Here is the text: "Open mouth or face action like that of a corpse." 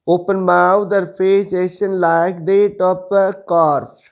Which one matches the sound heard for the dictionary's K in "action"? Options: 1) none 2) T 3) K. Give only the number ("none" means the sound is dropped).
1